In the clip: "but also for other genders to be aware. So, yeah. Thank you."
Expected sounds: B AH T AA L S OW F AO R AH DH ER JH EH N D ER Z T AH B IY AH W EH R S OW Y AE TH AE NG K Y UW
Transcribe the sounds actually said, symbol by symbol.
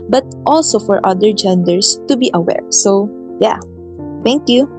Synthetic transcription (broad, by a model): B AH T AA L S OW F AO R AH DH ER JH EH N D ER S T AH B IY AH W EH R S OW Y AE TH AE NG K Y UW